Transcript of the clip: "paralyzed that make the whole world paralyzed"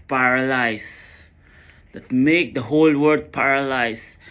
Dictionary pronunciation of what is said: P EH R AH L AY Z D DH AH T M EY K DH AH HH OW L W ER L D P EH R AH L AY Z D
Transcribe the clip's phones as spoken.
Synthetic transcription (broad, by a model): P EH R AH L AY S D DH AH T M EY K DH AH HH OW L W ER D P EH R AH L AY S